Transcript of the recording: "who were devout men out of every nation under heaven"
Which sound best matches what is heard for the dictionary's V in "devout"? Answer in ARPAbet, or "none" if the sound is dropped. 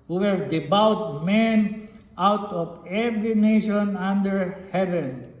B